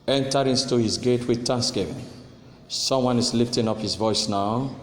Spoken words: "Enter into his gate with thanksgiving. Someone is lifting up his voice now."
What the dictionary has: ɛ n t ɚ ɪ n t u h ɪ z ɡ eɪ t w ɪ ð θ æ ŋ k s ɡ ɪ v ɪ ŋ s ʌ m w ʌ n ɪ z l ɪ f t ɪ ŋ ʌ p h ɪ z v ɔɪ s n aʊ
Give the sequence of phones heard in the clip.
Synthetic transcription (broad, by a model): ɛ n t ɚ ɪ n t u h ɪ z ɡ eɪ t w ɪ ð t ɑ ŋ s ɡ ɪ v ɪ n s ʌ m w ʌ n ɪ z l ɪ f t ɪ ŋ ʌ p h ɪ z v ɔɪ s n aʊ